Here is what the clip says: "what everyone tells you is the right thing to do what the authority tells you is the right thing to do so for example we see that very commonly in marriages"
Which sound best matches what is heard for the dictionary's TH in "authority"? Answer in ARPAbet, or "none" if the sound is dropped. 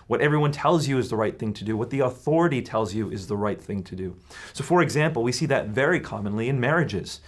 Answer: TH